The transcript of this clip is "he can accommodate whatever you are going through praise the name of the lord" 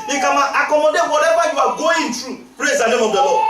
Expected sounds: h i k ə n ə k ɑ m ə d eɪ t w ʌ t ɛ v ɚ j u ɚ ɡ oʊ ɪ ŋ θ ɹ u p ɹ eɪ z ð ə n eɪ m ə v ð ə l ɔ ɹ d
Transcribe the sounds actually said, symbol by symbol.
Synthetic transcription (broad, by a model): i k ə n ə k ɑ m ə d eɪ t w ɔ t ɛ v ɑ j u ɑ ɡ oʊ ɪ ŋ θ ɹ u p ɹ eɪ z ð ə n eɪ m ə v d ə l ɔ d